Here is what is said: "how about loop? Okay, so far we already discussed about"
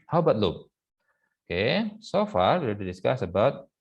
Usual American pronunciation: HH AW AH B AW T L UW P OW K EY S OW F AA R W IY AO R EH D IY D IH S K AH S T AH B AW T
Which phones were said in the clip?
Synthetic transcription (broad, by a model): HH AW B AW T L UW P OW K EY S OW F AA R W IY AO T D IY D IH S K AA S AH B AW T